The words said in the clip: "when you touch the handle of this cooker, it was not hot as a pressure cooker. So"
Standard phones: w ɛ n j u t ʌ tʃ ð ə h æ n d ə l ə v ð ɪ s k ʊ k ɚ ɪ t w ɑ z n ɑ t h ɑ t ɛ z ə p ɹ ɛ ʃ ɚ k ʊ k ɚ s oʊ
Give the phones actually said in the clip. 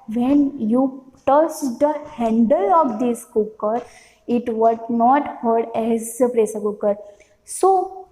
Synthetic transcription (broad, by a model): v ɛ n j u t ʌ tʃ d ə h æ n d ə l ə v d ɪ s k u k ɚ ɪ t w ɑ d n ɑ t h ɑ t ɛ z ə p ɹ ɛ s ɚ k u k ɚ s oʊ